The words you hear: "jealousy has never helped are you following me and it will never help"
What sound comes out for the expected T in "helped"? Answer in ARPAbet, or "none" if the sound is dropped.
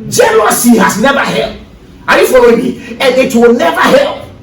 none